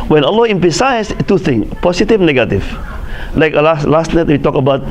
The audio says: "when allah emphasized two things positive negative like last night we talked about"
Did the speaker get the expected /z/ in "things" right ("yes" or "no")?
no